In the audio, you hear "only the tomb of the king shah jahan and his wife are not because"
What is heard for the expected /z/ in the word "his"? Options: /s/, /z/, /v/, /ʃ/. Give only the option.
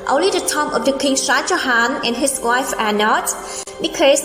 /s/